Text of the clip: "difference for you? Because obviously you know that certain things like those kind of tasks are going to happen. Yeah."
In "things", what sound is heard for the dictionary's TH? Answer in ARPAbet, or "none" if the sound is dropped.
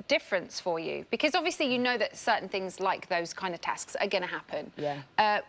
TH